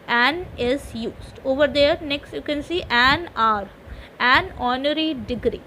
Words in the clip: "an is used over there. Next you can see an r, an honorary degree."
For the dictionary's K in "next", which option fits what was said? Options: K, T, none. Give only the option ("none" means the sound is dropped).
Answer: K